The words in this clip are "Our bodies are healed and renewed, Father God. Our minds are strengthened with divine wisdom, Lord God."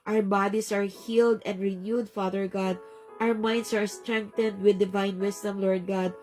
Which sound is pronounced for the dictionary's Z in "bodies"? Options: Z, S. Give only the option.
S